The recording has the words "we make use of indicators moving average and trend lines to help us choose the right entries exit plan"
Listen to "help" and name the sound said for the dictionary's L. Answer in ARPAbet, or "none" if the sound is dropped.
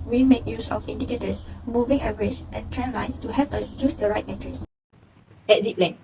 none